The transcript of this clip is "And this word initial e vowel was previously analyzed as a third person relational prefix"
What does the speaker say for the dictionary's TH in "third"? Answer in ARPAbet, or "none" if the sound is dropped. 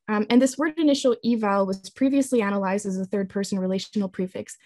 TH